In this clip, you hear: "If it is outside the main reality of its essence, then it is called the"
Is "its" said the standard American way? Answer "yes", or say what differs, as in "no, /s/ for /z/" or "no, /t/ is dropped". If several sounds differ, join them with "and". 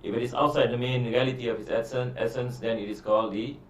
no, /s/ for /t/